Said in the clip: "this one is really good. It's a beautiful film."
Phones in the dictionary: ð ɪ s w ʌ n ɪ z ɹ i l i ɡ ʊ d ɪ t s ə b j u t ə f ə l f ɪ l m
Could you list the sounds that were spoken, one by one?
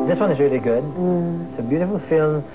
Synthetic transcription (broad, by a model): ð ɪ s w ʌ n ɪ z ɹ i l i ɡ ʊ d ɪ t s ə b j u t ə f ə l f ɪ l m